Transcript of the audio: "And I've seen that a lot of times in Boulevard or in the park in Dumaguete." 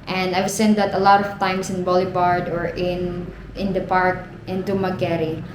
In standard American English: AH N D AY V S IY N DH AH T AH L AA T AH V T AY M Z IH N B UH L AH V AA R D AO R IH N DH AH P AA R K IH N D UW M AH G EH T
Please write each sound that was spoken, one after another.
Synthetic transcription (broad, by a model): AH N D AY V S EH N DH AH T AH L AA T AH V T AY M S IH N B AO L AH B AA R D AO R IH N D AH P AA R K IH N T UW M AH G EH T